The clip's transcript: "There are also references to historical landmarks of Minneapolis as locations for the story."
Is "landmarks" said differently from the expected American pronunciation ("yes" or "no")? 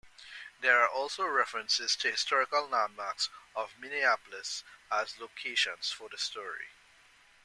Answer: yes